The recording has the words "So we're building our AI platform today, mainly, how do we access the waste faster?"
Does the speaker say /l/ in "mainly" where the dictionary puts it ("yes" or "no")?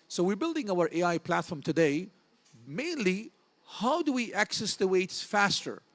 yes